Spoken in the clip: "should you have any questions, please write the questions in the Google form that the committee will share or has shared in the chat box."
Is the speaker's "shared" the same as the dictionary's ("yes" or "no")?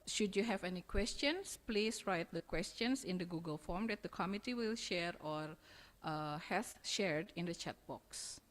yes